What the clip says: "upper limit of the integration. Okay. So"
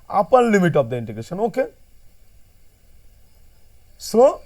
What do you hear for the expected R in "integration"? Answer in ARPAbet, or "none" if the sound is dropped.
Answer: R